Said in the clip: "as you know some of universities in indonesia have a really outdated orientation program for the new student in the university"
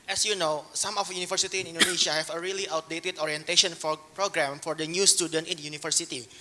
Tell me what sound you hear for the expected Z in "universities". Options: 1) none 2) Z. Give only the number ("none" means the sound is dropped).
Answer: 1